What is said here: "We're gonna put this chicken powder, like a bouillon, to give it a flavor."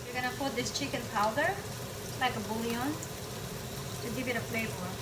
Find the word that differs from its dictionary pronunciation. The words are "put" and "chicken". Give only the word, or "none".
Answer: put